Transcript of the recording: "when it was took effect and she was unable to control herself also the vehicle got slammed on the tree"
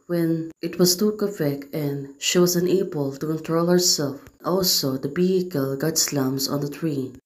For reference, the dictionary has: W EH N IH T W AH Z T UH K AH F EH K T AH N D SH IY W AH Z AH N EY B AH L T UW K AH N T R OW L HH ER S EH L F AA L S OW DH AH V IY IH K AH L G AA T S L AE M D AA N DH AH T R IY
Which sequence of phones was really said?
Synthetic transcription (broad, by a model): W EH N IH T W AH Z T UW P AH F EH K T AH N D SH IY W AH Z AH N EY B AH L T UW K AH N T R OW L HH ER S EH L F AA L S OW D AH B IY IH K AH L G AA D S L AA M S AA N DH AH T R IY